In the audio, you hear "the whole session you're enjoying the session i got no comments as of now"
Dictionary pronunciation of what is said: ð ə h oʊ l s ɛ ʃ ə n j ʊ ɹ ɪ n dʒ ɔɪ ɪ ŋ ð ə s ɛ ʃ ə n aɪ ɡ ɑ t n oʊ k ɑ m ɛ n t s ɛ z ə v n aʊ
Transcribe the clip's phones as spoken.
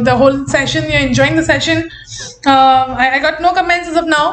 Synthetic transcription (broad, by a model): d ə h oʊ l s ɛ ʃ ə n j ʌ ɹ ɪ n dʒ ɔɪ ɪ ŋ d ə s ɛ ʃ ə n aɪ ɡ ɑ t n oʊ k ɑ m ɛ n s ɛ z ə p n aʊ